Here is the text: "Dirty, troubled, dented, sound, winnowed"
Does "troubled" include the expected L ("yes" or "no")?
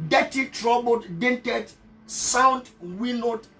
no